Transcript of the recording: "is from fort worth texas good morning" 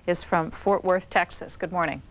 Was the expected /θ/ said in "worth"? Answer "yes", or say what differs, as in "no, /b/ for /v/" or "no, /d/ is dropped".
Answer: yes